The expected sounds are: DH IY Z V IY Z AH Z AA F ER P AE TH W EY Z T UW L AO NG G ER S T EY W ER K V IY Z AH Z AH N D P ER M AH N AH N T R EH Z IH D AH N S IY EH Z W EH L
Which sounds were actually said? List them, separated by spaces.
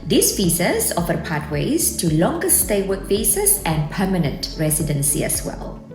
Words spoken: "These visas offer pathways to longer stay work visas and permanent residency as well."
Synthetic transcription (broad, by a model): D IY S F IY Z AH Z AA F ER P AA T W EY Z T UW L AO NG G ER S T EY W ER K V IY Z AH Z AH N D P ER M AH N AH N T R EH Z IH D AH N S IY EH S W EH L